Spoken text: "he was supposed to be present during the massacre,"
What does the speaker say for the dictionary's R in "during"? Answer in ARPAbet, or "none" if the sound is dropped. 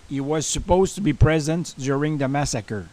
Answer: R